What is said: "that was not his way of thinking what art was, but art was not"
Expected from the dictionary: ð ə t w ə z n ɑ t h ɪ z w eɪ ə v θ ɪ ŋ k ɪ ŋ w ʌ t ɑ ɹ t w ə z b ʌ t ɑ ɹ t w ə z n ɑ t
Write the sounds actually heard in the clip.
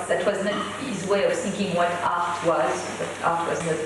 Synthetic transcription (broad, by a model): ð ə t w ə z n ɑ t h ɪ z w eɪ ə v θ ɪ ŋ k ɪ ŋ w ʌ t ɑ ɹ t w ə z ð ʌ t ɑ ɹ t w ə z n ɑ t